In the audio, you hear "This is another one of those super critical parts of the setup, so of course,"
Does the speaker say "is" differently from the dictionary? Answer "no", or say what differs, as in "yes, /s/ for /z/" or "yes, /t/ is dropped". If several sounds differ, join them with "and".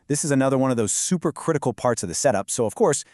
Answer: no